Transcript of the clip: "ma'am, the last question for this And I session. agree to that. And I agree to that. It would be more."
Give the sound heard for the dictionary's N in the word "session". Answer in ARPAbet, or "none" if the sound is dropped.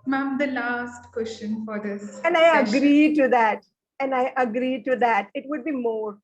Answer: none